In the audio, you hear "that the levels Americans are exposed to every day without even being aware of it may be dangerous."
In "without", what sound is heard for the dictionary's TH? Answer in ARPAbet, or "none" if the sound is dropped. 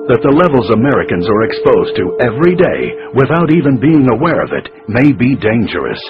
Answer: TH